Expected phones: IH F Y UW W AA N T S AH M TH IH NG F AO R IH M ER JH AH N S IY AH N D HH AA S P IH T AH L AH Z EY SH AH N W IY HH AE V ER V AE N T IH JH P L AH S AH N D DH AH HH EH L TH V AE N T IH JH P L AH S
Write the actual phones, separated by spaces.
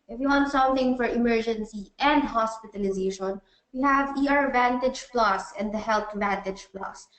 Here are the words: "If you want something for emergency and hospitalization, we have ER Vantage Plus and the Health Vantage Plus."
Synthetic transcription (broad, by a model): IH F Y UW W AA N T S AH M TH IH NG F AO R IH M ER JH AH N S IY AH N D HH AA S P IH T AH L AH Z EY SH AH N W IY HH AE V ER V AE N T IH JH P L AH S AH N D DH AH HH EH L T V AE N T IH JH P L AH S